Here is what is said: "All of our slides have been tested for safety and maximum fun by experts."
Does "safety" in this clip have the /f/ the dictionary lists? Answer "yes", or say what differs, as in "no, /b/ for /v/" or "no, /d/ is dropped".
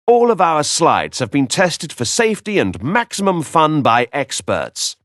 yes